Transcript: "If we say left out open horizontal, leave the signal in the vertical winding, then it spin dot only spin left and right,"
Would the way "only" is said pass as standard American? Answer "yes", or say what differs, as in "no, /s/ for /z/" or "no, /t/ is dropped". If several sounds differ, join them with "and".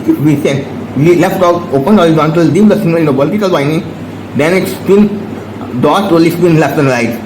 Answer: no, /n/ is dropped